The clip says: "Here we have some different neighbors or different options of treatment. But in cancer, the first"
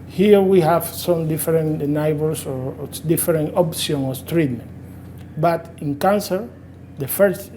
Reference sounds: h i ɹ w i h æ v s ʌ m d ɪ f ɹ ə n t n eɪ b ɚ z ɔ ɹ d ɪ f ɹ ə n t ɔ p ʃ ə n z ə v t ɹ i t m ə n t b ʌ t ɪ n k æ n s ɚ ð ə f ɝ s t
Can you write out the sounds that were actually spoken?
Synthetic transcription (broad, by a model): h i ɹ w i h æ v s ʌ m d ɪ f ɹ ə n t n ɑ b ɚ s ɔ ɹ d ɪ f ɹ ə n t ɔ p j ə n ə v t ɹ i t m ə n t b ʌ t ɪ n k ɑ n s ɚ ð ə f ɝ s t